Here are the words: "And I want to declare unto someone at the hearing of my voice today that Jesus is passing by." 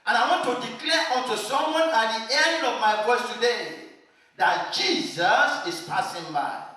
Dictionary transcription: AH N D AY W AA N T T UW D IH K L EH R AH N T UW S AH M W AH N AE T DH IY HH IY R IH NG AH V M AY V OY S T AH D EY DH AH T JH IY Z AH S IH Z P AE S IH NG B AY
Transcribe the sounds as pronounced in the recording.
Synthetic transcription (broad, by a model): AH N AY W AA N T T UW D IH K L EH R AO N T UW S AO M W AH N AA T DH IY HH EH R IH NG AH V M AY F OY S T AH D EY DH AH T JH IY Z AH S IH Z P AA S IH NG B AY